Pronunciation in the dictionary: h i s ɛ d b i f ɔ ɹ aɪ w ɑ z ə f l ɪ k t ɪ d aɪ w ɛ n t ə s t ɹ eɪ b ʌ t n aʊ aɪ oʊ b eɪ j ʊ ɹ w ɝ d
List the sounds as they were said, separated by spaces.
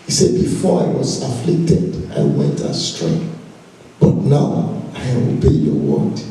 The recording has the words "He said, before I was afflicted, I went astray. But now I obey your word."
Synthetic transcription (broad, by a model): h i s ɛ d b i f ɔ ɹ aɪ w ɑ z ə f l ɪ k t ɪ d aɪ w ɛ n t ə s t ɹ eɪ b ʌ t n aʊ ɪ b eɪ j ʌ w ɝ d